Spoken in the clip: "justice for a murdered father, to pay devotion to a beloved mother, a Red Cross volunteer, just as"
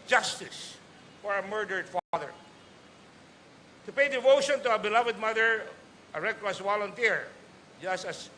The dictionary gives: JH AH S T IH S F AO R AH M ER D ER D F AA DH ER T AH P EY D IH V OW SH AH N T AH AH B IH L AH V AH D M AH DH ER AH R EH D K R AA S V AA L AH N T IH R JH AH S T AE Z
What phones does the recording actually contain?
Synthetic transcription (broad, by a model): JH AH S T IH S F AO R AH M ER D ER D F AA DH ER T AH P EY D IH V OW SH AH N T AH AH B IH L AH V AH D M AH DH ER AH R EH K L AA S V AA L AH N T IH R JH AH S T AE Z